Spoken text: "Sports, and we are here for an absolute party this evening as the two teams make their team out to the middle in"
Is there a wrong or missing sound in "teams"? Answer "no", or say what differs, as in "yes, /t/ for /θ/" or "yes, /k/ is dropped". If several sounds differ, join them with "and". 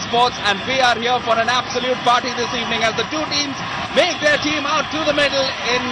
no